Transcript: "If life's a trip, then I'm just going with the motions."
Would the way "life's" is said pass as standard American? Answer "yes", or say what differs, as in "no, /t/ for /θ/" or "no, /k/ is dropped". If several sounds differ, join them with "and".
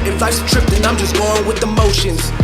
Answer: no, /f/ is dropped